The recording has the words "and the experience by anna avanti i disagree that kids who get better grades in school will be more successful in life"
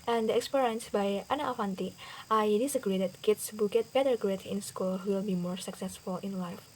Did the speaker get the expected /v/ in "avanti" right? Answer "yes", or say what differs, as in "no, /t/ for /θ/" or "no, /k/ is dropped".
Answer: no, /f/ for /v/